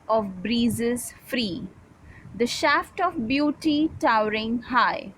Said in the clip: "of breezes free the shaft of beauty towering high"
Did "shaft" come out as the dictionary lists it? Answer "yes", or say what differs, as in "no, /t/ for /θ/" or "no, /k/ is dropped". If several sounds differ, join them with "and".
yes